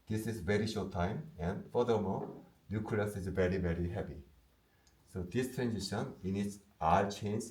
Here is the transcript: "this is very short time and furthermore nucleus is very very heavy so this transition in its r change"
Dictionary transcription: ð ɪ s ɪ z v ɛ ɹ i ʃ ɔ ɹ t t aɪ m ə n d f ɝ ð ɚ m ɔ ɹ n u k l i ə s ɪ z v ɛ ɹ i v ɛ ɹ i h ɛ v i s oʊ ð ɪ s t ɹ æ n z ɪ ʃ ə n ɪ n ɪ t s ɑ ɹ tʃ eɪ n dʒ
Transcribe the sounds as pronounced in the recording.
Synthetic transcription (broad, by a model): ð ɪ s ɪ z v ɛ ɹ i ʃ ɔ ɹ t t aɪ m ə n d f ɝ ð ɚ m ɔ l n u k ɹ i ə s ɪ z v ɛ ɹ i v ɛ ɹ i h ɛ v i s oʊ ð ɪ s t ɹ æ n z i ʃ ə n ɪ n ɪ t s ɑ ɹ tʃ eɪ n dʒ